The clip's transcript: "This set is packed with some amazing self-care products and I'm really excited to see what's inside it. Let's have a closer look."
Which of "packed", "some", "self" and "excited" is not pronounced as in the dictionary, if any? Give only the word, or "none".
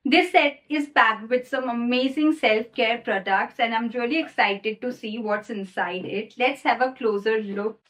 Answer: packed